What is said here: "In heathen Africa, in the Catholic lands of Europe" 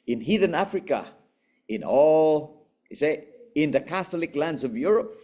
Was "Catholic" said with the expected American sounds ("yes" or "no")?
yes